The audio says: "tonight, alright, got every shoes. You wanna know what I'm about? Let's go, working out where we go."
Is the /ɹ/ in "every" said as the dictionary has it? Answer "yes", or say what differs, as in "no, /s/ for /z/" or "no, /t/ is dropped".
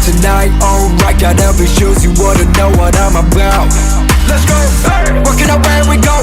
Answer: no, /ɹ/ is dropped